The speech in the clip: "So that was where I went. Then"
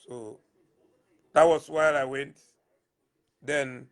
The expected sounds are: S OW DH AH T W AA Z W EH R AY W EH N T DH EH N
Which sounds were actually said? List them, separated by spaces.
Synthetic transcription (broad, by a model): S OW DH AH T W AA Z W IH L AY W EH N T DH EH N